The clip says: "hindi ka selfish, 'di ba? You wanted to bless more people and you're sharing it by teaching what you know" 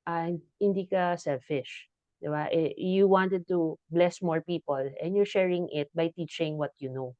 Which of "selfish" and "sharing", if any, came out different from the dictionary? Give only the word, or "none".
none